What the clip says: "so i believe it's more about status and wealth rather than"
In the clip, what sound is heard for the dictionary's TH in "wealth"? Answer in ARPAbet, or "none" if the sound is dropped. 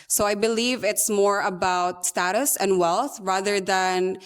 TH